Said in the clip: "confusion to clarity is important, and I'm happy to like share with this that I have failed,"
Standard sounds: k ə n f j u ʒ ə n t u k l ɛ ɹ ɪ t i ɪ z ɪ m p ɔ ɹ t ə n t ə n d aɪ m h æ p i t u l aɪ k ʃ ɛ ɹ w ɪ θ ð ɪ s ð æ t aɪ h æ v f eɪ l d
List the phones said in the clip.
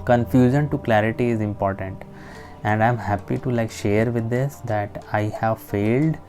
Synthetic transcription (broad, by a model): k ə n f j u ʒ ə n t u k l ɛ ɹ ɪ t i ɪ z ɪ m p ɔ ɹ t ə n t ə n d aɪ m h æ p i t u l aɪ k ʃ ɛ ɹ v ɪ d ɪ s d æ t aɪ h æ v f eɪ l d